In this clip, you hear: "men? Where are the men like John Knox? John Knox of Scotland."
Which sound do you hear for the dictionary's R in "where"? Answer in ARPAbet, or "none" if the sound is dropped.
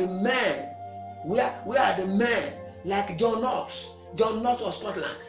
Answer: W